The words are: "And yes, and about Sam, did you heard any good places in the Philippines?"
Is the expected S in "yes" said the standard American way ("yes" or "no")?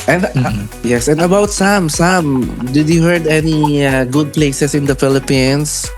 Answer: yes